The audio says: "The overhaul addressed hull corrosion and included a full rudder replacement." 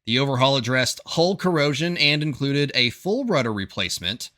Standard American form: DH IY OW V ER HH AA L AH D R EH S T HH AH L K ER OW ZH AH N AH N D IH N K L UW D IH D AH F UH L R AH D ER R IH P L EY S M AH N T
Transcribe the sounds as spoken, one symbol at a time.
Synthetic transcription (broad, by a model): DH IY OW V ER HH AA L AH D R EH S T HH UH L K ER OW ZH AH N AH N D IH N K L UW D IH D AH F UH L R AH D ER R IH P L EY S M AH N T